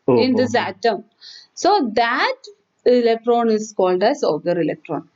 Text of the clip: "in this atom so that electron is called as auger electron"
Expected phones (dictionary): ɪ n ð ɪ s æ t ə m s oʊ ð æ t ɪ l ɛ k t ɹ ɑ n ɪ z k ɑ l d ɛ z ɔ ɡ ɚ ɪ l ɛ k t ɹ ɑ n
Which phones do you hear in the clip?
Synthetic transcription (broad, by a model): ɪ n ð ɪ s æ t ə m s oʊ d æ t ɪ l ɛ k t ɹ ɑ n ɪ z k ɑ l d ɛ s ɔ ɡ ɚ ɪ l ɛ k t ɹ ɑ n